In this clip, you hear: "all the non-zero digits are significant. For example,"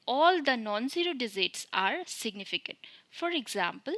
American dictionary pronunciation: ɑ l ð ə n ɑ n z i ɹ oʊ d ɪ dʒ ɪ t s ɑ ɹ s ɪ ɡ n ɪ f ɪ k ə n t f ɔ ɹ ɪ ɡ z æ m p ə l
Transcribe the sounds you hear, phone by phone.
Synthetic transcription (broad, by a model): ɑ l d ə n ɑ n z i ɹ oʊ d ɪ z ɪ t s ɑ ɹ s ɪ ɡ n ɪ f ɪ k ə n t f ɔ ɹ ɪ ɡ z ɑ m p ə l